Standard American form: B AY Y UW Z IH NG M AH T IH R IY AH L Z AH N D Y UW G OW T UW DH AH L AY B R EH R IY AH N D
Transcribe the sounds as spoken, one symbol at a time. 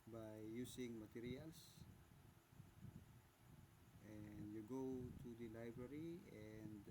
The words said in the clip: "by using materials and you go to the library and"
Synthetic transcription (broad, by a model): B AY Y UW S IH NG M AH T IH R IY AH L S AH N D Y UW G OW T UW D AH L AY B R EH R IY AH N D